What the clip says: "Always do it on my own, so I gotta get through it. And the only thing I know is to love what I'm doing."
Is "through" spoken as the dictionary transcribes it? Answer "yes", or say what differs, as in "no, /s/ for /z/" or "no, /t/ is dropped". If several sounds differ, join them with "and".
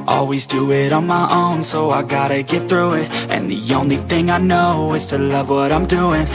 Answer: yes